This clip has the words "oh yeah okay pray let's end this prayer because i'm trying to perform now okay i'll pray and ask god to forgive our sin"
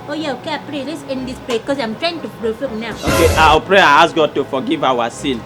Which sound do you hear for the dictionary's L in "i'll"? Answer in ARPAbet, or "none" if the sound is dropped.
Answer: W